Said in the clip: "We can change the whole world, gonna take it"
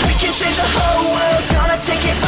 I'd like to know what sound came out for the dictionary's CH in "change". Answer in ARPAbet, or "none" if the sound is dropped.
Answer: S